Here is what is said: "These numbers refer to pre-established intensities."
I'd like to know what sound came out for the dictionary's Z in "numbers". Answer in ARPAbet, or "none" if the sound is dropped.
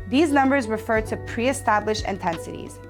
Z